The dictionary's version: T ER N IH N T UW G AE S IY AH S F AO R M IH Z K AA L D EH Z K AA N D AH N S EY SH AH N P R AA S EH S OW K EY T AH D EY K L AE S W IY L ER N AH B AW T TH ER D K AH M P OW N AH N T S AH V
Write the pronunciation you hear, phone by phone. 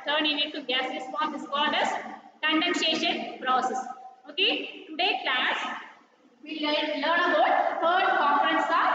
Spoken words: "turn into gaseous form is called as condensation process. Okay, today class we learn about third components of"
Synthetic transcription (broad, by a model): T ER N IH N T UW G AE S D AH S P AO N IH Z K AA L D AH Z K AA N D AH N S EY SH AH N P R AA S EH S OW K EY T AH D EY K L AE S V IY L ER N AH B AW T T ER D K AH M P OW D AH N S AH